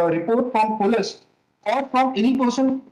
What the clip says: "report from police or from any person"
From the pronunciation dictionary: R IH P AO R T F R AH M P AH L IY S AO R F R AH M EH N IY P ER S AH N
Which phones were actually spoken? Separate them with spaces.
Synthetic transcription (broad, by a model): R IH P AO R T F R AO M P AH L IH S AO L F R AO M EH N IY P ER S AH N